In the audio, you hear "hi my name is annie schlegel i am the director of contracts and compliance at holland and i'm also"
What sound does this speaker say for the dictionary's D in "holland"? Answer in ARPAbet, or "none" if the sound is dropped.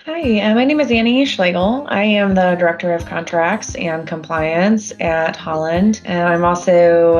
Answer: D